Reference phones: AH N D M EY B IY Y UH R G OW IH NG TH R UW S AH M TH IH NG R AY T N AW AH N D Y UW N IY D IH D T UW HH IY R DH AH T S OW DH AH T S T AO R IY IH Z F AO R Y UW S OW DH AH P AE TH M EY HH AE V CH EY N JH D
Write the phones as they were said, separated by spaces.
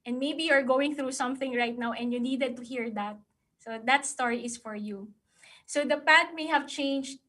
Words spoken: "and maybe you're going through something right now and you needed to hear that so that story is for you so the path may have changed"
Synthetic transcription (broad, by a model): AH N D M EY B IY Y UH R G OW IH NG TH R UW S AH M TH IH NG R AY T N AW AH N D Y UW N IY D IH D T UW HH IY R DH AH T S OW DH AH T S T AO R IY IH S F AO R Y UW S OW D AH P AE T M EY HH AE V CH EY N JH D